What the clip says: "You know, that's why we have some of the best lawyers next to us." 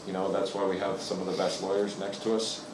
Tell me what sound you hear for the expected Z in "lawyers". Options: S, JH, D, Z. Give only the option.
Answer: Z